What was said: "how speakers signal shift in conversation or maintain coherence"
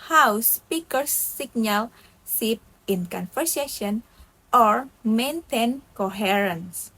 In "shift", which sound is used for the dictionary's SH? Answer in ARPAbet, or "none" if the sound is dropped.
S